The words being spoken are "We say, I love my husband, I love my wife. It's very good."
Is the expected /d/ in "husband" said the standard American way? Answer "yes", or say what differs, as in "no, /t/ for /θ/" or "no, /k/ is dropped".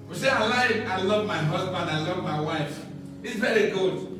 yes